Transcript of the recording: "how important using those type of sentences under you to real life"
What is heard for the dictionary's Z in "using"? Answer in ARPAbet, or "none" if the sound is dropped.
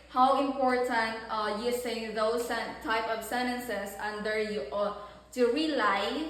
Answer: S